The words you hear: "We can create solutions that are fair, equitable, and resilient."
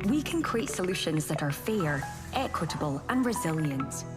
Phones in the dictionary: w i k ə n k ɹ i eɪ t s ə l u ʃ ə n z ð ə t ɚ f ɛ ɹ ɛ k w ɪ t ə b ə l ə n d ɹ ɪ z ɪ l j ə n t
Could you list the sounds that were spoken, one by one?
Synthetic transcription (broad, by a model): w i k ə n k ɹ i eɪ t s ə l u ʃ ə n z ð ə t ɚ f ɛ ɹ ɛ k w ɪ t ə b ə l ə n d ɹ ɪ z ɪ l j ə n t